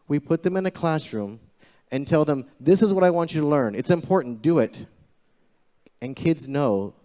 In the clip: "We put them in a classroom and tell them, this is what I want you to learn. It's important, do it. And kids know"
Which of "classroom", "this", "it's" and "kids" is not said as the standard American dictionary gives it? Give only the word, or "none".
none